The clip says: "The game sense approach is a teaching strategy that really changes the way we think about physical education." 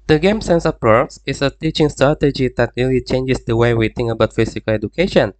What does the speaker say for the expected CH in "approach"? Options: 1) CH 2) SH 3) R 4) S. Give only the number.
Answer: 4